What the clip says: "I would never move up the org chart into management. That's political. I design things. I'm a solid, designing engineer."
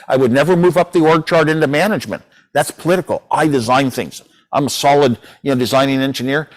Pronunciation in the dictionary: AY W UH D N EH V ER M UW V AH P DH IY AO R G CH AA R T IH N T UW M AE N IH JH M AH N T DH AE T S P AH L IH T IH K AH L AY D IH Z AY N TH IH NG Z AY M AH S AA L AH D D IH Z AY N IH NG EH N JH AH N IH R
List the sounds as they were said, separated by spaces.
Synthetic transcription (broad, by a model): AY W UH D N EH V ER M UW V AH P DH IY AO R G CH AA R T IH N T UW M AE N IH JH M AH N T DH AE T S P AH L IH T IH K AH L AY D IH Z AY N TH IH NG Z AY M AH S AA L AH D D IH Z AY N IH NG EH N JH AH N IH R